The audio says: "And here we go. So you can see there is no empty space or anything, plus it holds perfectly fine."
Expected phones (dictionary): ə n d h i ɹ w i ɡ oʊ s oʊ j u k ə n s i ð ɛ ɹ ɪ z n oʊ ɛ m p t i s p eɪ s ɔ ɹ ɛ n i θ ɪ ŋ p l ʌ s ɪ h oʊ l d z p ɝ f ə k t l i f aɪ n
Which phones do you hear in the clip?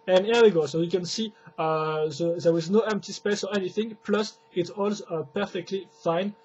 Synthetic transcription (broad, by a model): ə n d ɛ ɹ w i ɡ oʊ s oʊ j u k ə n s i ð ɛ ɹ ɪ z n oʊ ɛ m p t i s p eɪ s ɔ ɹ ɛ n i θ ɪ ŋ p l ʌ s ɪ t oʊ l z p ɝ f ə k t l i f aɪ n